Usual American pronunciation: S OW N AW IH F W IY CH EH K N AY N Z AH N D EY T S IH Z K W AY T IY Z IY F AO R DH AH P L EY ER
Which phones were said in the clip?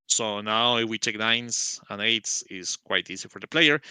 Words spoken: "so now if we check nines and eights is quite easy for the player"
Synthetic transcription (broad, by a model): S OW N AW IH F W IY CH EH K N AY N S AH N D EY T S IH S K W AY T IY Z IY F AO R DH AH P L EY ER